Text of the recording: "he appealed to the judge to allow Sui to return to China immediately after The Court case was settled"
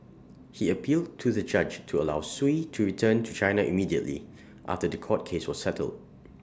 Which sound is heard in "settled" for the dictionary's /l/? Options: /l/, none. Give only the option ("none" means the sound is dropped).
/l/